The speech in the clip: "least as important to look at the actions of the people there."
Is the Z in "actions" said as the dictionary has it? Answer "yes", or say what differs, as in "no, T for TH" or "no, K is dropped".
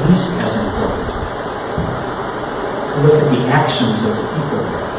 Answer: yes